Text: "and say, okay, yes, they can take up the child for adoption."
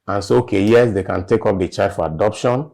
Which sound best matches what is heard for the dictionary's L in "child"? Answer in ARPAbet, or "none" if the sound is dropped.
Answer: none